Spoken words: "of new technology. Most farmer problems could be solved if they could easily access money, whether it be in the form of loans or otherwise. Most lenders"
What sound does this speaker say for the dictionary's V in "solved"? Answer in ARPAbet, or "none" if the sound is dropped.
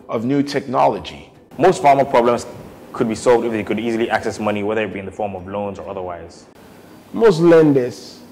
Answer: V